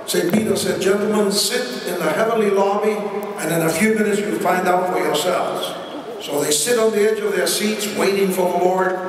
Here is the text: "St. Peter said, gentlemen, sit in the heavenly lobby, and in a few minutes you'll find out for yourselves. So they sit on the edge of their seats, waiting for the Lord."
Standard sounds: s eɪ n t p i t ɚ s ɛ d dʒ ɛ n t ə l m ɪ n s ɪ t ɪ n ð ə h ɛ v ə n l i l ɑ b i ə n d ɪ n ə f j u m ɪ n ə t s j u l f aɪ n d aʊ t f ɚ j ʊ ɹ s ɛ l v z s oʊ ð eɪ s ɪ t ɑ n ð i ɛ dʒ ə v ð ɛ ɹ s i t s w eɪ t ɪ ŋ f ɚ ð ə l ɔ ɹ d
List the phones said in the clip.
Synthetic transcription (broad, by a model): s eɪ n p i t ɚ s ɛ d dʒ ɛ n t l m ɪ n s ɪ t ɪ n ð ə h ɛ v ə n l i l ɑ b i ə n ɪ n ə f j u m ɪ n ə t s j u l f aɪ n d aʊ t f ɚ j ʊ ɹ s ɛ l v z s oʊ ð eɪ s ɪ t n ð i ɛ dʒ ə v ð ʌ ɹ s i t s w eɪ t ɪ ŋ f ɚ ð ə l ɔ ɹ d